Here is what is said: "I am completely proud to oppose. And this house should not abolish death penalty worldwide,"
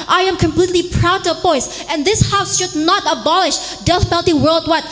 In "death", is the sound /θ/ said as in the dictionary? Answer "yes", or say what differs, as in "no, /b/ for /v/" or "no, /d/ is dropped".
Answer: no, /f/ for /θ/